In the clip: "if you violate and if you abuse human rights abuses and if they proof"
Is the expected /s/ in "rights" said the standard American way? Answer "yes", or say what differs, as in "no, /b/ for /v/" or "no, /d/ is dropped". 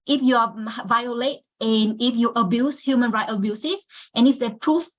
no, /s/ is dropped